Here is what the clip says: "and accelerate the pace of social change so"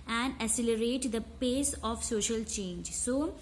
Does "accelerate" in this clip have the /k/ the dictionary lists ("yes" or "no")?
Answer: no